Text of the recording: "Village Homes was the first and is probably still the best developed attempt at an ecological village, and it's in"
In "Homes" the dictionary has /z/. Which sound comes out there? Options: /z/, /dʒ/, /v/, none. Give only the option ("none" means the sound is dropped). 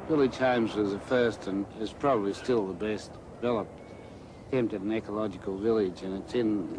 /z/